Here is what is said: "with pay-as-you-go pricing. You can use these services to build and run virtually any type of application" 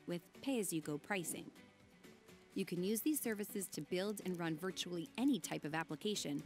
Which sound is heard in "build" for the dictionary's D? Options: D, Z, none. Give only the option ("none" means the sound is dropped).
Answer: D